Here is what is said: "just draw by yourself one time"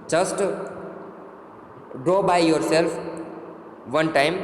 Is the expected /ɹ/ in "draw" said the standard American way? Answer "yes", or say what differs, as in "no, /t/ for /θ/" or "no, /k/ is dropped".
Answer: yes